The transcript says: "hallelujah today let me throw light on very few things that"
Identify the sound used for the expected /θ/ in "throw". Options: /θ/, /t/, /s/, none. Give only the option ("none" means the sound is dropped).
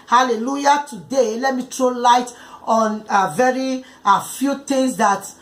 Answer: /t/